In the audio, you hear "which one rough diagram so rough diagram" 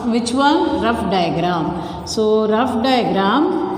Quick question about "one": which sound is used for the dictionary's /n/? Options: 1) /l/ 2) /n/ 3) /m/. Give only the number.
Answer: 1